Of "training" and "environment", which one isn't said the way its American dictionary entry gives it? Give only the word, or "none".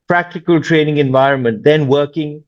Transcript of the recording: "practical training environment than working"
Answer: none